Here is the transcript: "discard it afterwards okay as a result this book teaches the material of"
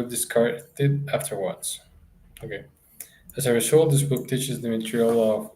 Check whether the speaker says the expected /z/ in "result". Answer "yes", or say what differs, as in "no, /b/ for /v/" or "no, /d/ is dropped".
no, /s/ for /z/